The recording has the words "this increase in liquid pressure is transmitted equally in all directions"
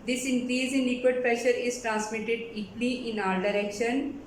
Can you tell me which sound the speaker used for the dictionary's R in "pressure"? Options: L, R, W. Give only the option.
R